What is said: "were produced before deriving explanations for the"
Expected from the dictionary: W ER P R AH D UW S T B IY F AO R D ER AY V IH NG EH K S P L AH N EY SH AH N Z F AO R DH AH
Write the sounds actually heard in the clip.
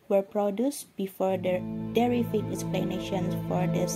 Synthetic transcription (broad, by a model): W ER P R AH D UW S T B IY F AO R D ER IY F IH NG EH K S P L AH N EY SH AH N S F AO R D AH